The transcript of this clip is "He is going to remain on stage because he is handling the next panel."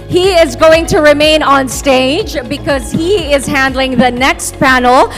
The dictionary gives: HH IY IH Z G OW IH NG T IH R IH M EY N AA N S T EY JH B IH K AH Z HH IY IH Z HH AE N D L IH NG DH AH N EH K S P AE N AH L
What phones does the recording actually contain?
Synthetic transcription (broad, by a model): HH IY IH Z G OW IH NG T IH R IH M EY N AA N S T EY JH B IH K AH Z HH IY IH Z HH AE N D L IH NG DH AH N EH K S P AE N L